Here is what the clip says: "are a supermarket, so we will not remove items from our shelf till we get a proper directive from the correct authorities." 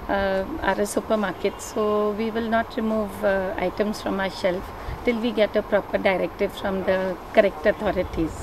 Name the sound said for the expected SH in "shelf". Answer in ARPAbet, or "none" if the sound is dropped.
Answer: S